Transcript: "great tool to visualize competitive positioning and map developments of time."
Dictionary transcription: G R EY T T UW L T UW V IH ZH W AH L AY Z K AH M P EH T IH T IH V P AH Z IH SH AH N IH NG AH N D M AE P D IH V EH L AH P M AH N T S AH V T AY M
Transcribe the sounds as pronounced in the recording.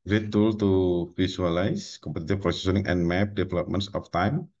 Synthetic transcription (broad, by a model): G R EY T T UW L T UW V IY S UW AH L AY S K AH M P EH T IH T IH F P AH S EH S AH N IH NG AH N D M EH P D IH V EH L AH P M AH N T S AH F T AY M